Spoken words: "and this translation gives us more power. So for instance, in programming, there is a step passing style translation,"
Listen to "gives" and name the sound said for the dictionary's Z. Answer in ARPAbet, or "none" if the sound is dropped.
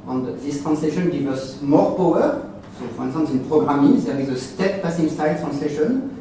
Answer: none